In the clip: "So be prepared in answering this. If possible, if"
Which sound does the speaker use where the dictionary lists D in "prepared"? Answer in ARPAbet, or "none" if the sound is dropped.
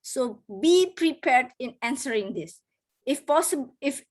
D